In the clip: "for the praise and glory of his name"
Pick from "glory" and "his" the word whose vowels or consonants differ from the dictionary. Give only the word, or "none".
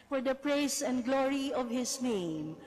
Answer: his